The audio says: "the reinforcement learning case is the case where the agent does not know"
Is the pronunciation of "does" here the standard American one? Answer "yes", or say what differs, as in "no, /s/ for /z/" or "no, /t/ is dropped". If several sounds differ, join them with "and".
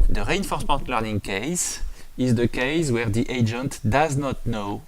yes